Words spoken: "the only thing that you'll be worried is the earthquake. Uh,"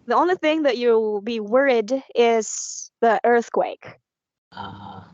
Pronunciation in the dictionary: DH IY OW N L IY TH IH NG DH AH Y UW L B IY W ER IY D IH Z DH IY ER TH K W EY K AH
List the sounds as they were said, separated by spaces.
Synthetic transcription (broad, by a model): DH IY OW N L IY TH IH NG DH AH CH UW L B IY W ER IY D IH Z DH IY ER TH K W EY K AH